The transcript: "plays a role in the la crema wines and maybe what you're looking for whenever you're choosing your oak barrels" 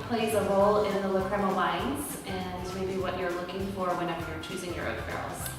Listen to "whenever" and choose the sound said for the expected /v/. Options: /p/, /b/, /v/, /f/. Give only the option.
/f/